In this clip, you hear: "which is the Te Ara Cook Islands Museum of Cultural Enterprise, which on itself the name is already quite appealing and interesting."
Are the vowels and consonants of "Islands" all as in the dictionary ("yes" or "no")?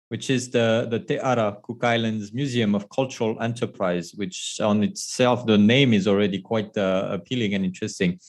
yes